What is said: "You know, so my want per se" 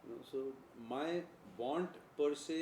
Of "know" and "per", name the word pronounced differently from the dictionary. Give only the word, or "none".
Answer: none